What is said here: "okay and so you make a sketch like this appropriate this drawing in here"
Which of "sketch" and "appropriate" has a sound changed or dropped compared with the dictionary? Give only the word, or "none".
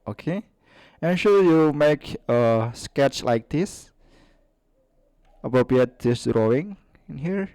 none